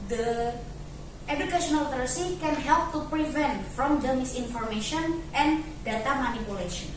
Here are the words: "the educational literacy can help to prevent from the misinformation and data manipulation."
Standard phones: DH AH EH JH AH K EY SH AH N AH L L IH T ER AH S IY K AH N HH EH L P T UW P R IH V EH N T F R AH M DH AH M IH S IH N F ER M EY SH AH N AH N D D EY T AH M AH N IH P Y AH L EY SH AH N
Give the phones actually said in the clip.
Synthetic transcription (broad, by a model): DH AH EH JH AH K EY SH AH N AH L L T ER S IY K AH N HH EH L P T UW P R IH V EH N T F R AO M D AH M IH S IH N F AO M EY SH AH N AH N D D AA T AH M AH N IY P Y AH L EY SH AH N